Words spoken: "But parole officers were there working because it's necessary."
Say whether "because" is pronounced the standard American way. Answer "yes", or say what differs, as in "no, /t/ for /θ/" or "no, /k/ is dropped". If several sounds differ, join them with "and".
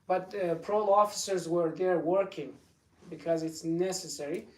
yes